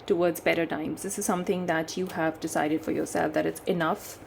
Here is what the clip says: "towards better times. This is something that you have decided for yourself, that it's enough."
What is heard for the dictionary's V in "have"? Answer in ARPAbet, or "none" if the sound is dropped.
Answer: V